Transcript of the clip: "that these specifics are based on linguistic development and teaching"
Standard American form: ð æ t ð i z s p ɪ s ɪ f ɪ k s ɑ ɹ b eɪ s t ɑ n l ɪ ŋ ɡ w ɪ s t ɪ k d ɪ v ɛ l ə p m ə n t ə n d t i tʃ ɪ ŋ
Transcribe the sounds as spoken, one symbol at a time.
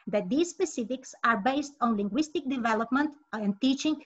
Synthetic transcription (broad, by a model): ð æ t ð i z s p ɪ s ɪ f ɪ k s ɑ ɹ b eɪ s t ɑ n l ɪ ŋ ɡ w ɪ s t ɪ k d ɪ v ɛ l ə p m ə n t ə n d t i tʃ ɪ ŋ